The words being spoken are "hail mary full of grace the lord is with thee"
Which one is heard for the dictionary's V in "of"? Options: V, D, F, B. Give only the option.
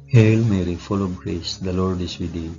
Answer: B